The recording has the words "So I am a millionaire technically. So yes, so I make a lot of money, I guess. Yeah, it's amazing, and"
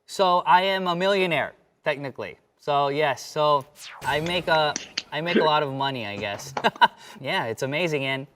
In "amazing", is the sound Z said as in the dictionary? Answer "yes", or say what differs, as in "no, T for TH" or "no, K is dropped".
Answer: yes